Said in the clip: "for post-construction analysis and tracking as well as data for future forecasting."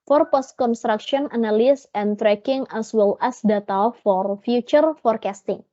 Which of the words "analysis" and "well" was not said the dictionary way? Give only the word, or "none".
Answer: analysis